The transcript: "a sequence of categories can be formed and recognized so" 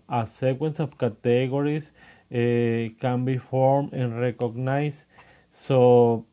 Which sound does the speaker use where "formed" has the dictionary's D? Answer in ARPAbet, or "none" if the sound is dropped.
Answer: none